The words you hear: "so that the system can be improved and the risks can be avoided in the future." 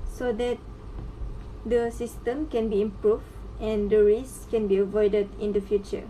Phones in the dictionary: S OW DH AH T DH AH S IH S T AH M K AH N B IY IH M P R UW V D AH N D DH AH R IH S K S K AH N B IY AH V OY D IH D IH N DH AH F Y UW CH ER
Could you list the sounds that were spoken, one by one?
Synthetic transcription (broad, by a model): S OW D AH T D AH S IH S T AH M K AH N B IY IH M P R UW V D AH N D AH R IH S S K AH N B IY AH V OY D IH D IH N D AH F Y UW CH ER